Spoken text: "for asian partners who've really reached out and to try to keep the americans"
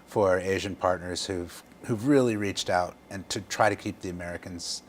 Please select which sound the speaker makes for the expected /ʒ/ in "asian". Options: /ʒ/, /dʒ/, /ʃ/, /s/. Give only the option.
/ʒ/